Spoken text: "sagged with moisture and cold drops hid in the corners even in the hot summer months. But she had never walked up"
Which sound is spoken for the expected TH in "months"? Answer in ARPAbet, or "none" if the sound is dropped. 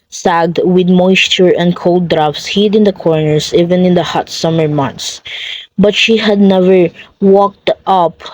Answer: T